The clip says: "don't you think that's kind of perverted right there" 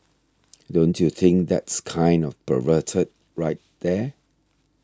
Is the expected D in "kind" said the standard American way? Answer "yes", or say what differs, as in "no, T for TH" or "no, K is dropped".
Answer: yes